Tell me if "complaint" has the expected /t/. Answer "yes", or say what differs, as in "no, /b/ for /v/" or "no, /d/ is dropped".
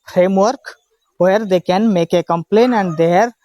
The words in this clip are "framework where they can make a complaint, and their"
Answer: no, /t/ is dropped